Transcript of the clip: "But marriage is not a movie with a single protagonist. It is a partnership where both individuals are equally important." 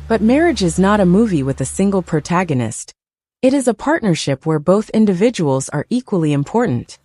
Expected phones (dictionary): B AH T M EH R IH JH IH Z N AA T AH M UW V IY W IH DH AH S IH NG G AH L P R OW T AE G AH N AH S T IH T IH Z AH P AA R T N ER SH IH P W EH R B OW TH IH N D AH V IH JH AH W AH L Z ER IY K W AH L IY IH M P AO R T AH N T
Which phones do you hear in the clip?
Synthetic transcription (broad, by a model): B AH T M EH R IH JH IH Z N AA T AH M UW V IY W IH DH AH S IH NG G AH L P R OW T AE G AH N AH S T IH T IH Z AH P AA R T N ER SH IH P W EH R B OW TH IH N D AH V IH JH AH W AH L Z ER IY K W AH L IY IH M P AO R T N T